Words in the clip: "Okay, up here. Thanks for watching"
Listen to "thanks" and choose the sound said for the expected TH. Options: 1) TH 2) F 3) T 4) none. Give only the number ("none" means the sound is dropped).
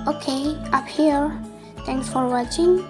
3